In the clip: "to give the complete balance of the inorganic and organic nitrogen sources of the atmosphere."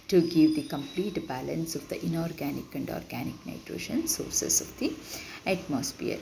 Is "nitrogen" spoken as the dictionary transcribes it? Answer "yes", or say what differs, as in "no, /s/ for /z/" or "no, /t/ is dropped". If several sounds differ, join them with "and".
no, /ʃ/ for /dʒ/